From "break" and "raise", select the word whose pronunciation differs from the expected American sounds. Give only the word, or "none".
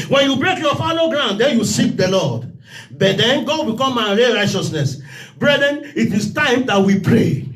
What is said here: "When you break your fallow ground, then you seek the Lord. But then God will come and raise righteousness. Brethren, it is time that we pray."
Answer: raise